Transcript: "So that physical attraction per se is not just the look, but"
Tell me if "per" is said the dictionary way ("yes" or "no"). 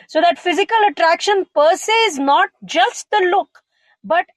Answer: yes